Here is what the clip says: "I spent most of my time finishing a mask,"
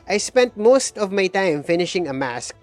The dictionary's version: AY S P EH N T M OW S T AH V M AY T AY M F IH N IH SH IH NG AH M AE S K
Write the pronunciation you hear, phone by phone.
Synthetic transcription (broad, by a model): AY S P EH N T M OW S T AH V M AY T AY M F IH N IH SH IH NG AH M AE S K